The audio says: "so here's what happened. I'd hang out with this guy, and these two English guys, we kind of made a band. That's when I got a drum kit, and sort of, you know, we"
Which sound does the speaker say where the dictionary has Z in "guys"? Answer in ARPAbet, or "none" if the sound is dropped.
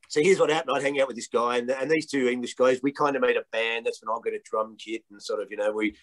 Z